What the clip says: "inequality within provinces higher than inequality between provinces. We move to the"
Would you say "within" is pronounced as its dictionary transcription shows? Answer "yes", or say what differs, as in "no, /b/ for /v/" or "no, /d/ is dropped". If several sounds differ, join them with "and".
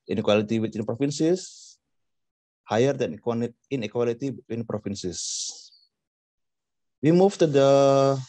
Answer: no, /t/ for /θ/